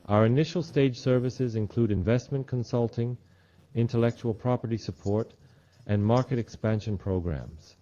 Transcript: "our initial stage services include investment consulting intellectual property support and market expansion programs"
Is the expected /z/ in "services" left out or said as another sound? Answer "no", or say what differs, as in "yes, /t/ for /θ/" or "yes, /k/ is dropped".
no